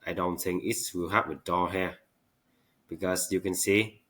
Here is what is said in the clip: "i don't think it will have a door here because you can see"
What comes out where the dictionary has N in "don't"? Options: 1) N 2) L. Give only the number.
1